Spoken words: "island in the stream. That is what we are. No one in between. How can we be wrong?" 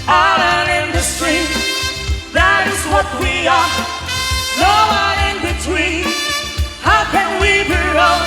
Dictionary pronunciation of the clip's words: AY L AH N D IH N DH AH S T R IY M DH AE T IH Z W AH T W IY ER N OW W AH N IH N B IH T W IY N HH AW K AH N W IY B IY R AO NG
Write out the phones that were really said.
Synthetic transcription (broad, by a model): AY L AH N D IH N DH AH S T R IY DH AE T IH Z W AH T W IY ER N OW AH IH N B IH T W IY N HH AW K AH N W IY B IY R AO